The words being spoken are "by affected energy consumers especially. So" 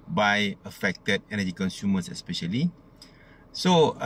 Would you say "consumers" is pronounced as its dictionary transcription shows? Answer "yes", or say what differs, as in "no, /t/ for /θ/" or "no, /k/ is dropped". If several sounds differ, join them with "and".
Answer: no, /s/ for /z/